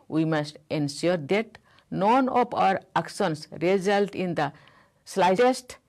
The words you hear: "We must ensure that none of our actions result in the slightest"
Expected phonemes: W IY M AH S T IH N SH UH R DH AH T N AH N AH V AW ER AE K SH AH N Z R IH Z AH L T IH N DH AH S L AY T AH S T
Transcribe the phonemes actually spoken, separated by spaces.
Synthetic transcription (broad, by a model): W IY M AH S T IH N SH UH R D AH T N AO N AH P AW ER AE K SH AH N S R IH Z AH L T IH N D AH S L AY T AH S T